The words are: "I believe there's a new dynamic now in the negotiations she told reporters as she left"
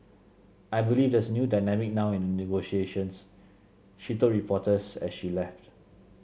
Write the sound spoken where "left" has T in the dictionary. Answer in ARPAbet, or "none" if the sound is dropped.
T